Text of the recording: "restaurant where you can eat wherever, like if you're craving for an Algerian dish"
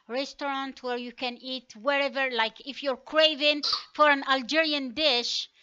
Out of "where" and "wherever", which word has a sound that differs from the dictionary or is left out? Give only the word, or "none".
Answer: none